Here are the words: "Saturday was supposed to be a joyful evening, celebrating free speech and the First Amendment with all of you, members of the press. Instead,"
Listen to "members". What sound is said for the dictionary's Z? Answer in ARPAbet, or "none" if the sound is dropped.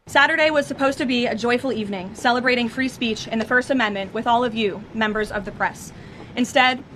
Z